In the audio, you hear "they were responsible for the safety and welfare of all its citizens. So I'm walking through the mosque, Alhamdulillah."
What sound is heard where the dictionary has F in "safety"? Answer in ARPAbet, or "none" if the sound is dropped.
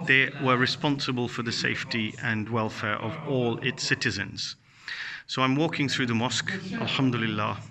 F